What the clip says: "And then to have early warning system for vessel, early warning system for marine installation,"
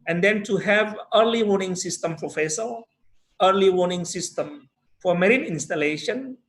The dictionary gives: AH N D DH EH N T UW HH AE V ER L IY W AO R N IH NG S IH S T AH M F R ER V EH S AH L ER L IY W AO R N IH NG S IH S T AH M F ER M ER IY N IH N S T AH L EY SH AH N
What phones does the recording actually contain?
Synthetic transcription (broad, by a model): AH N D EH N T UW HH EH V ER L IY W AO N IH NG S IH S T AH M P R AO F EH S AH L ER L IY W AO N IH NG S IH S T AH M F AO M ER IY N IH N S T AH L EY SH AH N